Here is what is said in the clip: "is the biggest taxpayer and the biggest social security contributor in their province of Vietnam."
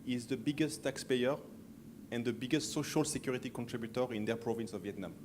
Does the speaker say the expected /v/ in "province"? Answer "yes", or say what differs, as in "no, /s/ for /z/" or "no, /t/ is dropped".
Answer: yes